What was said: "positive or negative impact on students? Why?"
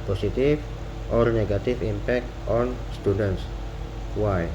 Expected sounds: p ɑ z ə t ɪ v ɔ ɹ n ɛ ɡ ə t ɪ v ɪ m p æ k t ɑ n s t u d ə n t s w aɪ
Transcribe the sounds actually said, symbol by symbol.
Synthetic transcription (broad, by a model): p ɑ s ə t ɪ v ɔ ɹ n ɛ ɡ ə t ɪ f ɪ m p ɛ k t ɑ n s t u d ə n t s w aɪ